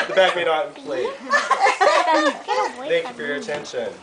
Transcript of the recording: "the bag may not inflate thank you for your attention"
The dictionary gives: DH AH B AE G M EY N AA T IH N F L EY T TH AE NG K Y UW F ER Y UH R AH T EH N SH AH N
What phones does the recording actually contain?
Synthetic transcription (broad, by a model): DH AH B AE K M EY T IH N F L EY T TH AE NG K Y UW F ER Y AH R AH T EH N SH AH N